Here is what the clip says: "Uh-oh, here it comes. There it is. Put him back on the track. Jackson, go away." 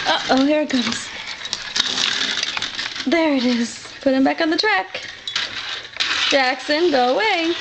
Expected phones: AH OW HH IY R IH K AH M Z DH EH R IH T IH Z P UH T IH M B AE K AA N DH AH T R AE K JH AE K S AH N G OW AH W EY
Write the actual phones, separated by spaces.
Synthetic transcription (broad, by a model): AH OW HH IY R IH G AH Z DH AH R IH T IH Z P UH T IH M B AE K N DH AH T R AE K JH AE K S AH N G OW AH W EY